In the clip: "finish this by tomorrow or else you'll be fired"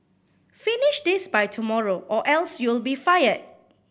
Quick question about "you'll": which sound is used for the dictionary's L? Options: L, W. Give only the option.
L